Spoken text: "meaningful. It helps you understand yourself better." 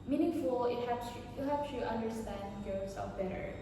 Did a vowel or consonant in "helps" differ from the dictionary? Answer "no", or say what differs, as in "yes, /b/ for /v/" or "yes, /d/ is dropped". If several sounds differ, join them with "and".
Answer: yes, /l/ is dropped